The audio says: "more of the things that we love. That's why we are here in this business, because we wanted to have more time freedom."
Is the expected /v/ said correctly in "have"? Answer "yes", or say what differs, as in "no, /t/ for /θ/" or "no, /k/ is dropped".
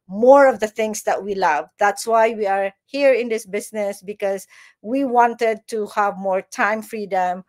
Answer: yes